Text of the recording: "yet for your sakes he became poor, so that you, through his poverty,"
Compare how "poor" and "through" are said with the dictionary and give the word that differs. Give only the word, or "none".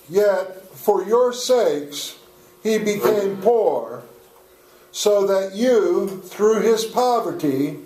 none